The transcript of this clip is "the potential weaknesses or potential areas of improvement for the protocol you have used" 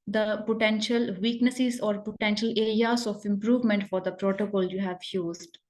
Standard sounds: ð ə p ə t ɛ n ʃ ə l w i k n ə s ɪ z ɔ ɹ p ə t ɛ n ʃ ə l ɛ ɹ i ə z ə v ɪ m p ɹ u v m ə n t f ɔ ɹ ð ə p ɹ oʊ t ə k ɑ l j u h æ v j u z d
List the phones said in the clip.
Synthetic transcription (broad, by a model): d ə p ə t ɛ n ʃ ə l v i k n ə s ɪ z ɔ ɹ p ə t ɛ n ʃ ə l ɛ ɹ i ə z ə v ɪ m p ɹ u v m ə n t f ɔ ɹ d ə p ɹ oʊ t ə k ɑ l j u h æ v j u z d